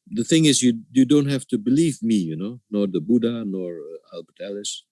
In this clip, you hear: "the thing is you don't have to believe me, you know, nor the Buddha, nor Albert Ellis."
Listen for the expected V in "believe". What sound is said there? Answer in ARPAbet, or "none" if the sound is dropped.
V